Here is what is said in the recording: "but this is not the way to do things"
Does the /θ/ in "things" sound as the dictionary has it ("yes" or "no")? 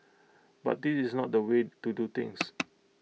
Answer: no